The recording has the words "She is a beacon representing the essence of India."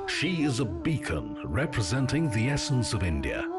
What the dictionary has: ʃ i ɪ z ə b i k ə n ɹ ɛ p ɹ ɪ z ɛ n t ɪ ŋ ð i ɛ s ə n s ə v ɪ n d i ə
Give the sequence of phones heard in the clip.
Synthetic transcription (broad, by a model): ʃ i ɪ z ə b i k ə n ɹ ɛ p ɹ ɪ z ɛ n t ɪ ŋ ð i ɛ s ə n s ə v ɪ n d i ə